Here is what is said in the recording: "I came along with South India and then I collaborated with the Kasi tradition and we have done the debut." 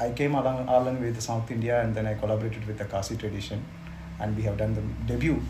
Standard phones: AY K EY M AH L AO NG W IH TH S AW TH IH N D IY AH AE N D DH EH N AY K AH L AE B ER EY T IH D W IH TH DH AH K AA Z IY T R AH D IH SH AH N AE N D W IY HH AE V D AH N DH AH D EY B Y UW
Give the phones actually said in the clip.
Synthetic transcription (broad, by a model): AY K EY M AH L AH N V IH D S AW T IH N D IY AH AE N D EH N AY K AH L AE B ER EY T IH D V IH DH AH K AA S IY T R AH D IH SH AH N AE N D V IY HH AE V D AH N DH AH D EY B Y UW